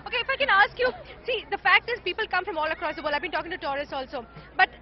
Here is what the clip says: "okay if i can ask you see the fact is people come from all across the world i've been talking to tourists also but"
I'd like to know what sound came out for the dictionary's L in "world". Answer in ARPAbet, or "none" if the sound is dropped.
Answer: none